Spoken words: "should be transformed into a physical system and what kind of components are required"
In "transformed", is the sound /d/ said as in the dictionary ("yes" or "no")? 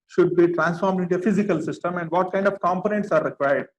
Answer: yes